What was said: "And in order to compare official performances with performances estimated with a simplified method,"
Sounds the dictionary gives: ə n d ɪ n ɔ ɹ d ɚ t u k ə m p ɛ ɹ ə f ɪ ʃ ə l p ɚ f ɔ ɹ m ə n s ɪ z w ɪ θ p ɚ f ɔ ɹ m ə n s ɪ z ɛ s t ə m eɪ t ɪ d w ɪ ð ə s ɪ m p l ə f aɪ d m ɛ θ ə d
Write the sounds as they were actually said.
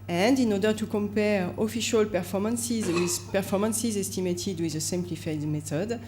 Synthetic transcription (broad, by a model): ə n d ɪ n ɔ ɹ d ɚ t u k ə m p ɛ ɹ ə f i ʃ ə l p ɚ f ɔ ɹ m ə n s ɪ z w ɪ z p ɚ f ɔ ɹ m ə n s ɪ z ɛ s t ə m eɪ t ɪ d w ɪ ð ə s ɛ m p l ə f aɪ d m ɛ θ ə d